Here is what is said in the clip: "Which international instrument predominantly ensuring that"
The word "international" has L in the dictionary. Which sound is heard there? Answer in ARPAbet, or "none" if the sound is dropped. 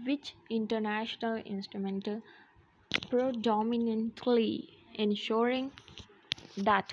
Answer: L